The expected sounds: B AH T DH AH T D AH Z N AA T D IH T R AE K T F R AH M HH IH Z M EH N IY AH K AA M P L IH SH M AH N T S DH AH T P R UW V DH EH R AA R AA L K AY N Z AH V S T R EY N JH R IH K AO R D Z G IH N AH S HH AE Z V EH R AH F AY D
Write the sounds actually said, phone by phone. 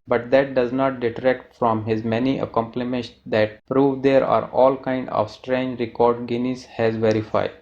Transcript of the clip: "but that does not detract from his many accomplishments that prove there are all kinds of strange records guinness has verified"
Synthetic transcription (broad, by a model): B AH T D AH T D AH Z N AA T D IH T R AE K T F R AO M HH IH Z M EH N IY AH K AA M P L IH M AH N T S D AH T P R UW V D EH R AA R AA L K AY N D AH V S T R EY N JH R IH K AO R D G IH N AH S HH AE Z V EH R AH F AY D